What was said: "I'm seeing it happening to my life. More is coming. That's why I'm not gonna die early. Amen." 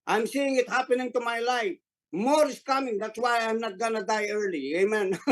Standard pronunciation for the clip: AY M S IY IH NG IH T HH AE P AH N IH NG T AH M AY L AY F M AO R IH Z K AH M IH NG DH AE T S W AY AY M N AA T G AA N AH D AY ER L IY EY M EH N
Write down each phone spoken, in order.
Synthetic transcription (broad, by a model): AY M S IY IH NG IH T HH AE P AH N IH NG T AH M AY L AY F M AO R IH S K AH M IH NG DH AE T S W AY AY M N AA T G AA N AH D AY ER L IY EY M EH N